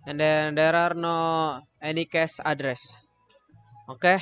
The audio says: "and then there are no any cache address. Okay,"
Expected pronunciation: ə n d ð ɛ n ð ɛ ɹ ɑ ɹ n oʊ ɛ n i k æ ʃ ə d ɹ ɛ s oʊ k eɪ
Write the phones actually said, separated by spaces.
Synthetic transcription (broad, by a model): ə n d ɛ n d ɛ ɹ ɑ ɹ n oʊ ɛ n i k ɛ s ə d ɹ ɛ s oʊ k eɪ